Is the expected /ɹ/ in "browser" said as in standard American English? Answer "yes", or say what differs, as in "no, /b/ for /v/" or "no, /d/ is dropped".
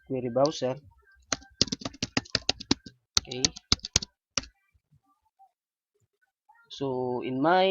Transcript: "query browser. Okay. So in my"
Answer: no, /ɹ/ is dropped